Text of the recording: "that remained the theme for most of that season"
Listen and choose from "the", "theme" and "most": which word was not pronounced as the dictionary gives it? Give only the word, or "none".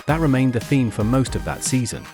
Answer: none